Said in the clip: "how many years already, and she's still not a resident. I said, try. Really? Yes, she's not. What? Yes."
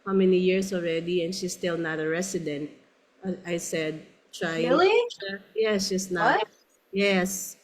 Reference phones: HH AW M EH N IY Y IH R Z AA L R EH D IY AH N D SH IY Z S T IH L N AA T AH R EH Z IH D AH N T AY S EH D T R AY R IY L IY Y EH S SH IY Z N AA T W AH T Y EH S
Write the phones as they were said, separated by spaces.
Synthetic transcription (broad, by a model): HH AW M EH N IY Y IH R S AA L R EH D IY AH N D SH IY S T IH L N AA T AH R EH S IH D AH N T AY S EH D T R AY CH Y EH S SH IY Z N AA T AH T Y EH S